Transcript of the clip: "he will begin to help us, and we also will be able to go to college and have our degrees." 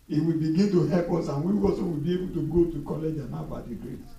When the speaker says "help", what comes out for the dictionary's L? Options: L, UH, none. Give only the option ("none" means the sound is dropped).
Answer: none